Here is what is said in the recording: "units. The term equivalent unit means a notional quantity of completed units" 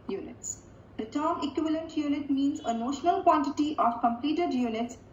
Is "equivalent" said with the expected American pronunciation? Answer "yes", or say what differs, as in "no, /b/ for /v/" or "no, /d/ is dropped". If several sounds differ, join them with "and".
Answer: yes